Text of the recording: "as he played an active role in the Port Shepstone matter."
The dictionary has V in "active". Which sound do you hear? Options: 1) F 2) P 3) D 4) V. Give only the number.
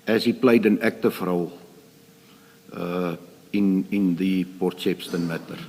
1